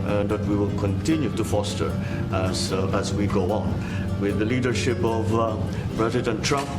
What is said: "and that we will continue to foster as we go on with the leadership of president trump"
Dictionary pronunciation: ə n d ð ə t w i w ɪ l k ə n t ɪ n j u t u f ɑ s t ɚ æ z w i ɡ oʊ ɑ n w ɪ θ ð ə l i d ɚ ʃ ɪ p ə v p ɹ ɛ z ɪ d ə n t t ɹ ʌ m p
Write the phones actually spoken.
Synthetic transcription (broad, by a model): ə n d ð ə t w i w ɪ l k ə n t ɪ n j u t u f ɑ s t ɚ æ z w i ɡ oʊ ɑ n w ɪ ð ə l i d ɚ ʃ ɪ p ə v b ɹ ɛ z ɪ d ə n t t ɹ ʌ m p